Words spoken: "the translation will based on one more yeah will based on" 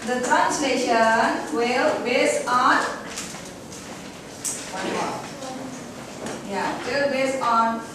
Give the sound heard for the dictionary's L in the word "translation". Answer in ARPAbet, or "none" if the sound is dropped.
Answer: L